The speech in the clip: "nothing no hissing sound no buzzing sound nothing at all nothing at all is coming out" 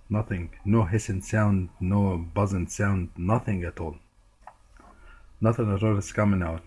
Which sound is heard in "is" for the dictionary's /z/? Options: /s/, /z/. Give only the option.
/s/